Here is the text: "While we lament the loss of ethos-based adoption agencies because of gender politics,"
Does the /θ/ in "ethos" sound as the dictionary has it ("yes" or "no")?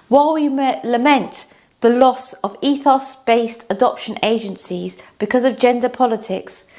yes